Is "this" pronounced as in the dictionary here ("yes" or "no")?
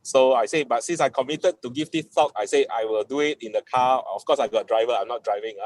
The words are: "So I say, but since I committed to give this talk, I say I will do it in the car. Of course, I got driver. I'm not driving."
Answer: no